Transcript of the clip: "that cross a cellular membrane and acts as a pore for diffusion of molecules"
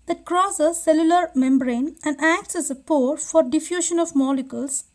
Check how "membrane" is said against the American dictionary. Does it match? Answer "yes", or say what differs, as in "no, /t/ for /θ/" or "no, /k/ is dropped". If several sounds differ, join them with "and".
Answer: yes